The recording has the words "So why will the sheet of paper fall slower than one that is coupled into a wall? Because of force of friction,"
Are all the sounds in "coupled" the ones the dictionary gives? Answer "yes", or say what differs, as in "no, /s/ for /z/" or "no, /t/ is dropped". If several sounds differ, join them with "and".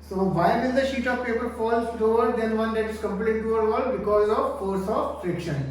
no, /d/ is dropped